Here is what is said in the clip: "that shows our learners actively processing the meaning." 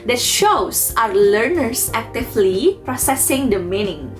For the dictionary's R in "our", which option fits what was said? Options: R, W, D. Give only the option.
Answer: R